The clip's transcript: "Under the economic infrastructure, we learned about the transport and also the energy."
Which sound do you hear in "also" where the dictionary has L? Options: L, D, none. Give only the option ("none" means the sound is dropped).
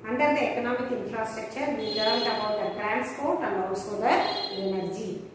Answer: none